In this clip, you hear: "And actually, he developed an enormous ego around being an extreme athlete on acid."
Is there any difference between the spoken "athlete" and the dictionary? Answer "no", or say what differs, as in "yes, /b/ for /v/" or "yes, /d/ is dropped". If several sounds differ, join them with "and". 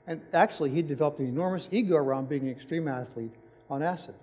no